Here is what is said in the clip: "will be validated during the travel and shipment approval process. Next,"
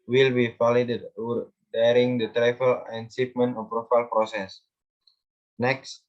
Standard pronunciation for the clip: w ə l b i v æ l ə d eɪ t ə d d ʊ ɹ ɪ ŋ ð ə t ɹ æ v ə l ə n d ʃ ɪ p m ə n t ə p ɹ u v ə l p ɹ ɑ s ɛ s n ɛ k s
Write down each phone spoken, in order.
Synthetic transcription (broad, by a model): w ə l b i f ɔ l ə d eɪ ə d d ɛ ɹ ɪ ŋ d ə t ɹ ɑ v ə l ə n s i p m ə n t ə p ɹ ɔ f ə l p ɹ ɑ s ɛ s n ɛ k s